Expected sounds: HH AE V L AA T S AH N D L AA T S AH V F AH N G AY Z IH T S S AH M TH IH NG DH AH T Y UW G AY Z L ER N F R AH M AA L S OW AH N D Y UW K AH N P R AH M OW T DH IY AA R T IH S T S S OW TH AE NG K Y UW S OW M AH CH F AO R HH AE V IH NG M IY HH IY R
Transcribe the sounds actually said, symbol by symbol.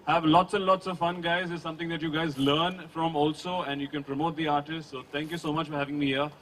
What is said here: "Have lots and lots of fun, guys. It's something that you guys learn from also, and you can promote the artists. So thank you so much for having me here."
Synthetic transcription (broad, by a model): HH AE V L AA T S AH N D L AA T S AH V F AH N G AY Z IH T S S AH M T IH NG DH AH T Y UW G AY Z L ER N F R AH M AA L S OW AH N D Y UW K AH N P R AH M OW T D IY AA R T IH S T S S OW T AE NG K Y UW S OW M AH CH F AO R HH AE V IH NG M IY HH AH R